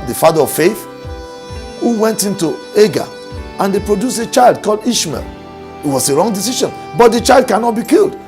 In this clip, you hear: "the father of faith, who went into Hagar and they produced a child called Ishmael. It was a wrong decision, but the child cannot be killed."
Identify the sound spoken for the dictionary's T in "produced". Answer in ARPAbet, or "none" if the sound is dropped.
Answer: none